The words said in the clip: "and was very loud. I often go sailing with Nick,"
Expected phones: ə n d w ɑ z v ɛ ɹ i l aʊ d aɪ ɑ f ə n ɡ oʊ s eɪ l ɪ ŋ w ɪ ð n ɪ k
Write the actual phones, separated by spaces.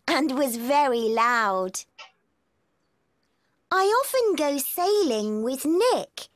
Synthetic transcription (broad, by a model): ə n w ɑ z v ɛ ɹ i l aʊ d aɪ ɑ f ə n ɡ oʊ s eɪ l ɪ ŋ w ɪ ð n ɪ k